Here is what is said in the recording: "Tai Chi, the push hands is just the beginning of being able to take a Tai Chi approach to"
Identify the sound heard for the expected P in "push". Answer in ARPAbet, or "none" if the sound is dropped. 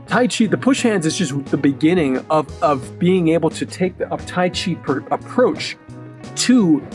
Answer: P